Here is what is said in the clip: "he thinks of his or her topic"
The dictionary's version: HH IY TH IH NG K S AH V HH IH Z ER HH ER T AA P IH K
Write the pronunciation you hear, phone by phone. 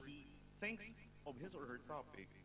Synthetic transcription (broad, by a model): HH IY TH IH NG K S AH V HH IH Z ER HH ER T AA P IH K